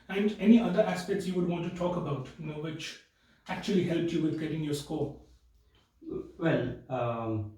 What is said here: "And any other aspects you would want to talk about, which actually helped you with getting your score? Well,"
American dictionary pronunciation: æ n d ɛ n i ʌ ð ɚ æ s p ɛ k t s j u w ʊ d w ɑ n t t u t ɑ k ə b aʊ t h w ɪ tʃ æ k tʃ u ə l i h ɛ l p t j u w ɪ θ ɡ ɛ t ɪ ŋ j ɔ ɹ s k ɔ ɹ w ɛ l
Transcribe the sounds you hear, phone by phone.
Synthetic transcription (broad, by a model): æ n d ɛ n i ʌ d ɚ æ s p ɛ k t s j u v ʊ d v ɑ n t t u t ɑ k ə b aʊ t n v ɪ tʃ æ k tʃ u ə l i h ɛ l p t j u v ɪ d ɡ ɛ t ɪ ŋ j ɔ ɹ s k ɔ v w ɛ l